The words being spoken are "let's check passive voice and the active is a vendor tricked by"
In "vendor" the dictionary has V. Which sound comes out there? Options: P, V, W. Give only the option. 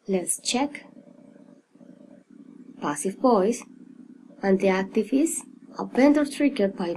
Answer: P